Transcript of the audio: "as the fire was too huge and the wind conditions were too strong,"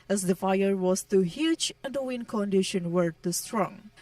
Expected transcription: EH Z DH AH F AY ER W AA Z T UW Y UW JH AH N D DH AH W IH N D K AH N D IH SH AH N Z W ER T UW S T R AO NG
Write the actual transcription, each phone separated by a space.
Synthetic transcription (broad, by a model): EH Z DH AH F AY ER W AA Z T UW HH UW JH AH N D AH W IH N K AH N D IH SH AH N W ER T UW S T R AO NG